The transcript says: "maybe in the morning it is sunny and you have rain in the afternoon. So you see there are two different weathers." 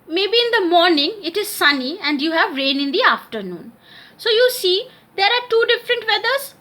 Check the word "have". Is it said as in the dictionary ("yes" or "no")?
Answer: yes